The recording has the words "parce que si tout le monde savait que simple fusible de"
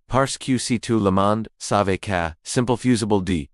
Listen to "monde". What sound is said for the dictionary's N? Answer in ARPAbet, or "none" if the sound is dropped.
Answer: N